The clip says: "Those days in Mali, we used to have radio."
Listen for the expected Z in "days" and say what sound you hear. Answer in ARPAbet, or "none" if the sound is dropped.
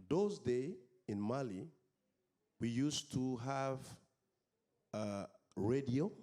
none